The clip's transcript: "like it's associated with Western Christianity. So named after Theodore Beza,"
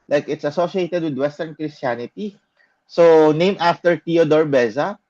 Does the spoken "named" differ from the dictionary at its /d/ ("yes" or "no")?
yes